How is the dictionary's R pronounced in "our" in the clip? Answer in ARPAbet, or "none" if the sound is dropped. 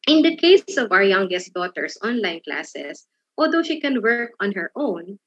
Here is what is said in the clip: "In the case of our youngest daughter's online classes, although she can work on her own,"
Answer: R